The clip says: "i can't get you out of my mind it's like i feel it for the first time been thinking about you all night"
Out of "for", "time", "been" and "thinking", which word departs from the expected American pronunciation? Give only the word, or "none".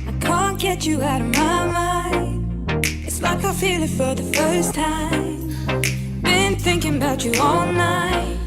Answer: none